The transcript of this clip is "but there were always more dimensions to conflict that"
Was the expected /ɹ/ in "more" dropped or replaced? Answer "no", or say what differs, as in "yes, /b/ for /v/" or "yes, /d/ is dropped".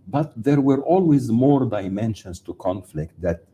no